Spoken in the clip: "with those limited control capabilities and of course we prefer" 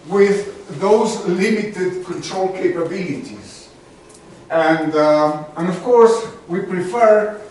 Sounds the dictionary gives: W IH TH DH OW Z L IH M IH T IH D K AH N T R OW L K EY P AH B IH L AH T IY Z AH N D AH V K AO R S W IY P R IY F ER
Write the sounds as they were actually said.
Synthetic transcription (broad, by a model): W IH DH OW Z L IH M IH T IH D K AH N T R OW L K EY P AH B IH L AH T IY Z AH N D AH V K AO R S W IY P R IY F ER